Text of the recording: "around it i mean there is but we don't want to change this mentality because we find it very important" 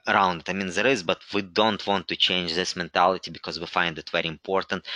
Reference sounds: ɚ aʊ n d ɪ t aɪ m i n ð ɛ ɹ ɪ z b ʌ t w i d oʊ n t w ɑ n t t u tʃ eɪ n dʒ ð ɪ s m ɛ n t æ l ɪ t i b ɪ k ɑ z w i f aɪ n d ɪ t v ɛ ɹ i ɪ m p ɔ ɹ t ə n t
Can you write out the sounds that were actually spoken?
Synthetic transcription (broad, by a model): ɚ aʊ n d ɪ t aɪ m i n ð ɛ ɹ ɪ z b ʌ t w i d oʊ n t w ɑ n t t u tʃ eɪ n dʒ ð ɪ s m ɛ n t æ l ɪ t i b ɪ k ɑ z w i f aɪ n d ɪ t v ɛ ɹ i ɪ m p ɔ ɹ t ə n t